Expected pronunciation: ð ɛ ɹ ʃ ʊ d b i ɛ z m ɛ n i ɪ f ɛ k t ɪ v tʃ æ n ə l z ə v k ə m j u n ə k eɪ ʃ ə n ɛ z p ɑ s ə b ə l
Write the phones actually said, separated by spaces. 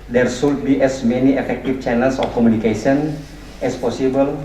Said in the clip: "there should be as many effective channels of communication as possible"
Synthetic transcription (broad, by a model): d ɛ ɹ s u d b i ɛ s m ɛ n i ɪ f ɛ k t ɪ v tʃ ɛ n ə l s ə f k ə m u n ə k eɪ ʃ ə n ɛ s p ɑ s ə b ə l